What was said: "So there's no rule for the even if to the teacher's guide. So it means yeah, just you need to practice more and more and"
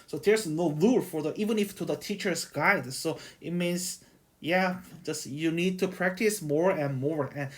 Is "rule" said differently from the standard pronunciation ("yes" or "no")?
yes